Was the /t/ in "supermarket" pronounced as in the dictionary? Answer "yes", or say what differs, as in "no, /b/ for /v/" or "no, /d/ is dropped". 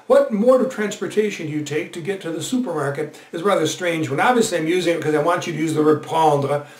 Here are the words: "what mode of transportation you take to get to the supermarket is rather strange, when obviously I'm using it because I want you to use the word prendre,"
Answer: yes